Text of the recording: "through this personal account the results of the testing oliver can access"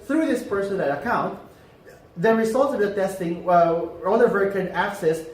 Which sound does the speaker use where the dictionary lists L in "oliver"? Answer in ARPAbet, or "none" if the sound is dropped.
N